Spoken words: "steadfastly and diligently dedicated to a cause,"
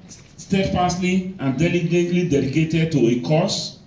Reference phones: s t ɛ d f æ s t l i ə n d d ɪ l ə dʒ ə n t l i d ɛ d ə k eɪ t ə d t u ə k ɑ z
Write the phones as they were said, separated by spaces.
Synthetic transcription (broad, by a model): s t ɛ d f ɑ s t l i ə n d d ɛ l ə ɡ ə t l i d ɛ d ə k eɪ t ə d t u ə k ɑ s